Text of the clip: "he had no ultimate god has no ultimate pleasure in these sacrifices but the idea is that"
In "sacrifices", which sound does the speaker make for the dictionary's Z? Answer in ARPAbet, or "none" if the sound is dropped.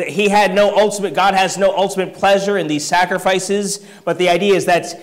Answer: Z